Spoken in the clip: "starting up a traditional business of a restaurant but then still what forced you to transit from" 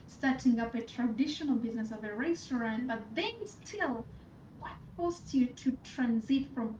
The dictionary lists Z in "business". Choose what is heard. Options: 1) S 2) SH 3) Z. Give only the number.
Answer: 3